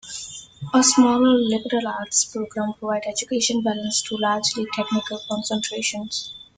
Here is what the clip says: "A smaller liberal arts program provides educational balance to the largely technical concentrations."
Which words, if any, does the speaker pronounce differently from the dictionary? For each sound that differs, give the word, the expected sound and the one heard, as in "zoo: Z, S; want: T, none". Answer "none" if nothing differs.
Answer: provides: Z, none; educational: N, none; educational: L, N